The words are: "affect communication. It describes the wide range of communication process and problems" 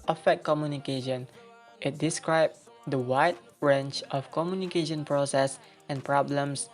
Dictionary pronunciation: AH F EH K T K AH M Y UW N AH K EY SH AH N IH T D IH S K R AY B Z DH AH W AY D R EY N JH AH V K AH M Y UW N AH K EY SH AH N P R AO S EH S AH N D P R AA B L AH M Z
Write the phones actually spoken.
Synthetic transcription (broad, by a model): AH F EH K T K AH M Y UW N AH K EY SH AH N IH T D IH S K R AY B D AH W AY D R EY N CH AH F K AH M Y UW N AH K EY SH AH N P R AO S EH S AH N P R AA B L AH M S